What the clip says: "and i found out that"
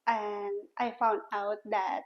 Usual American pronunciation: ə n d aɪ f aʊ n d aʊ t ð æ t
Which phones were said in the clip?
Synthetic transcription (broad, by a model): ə n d aɪ f aʊ n d aʊ t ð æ t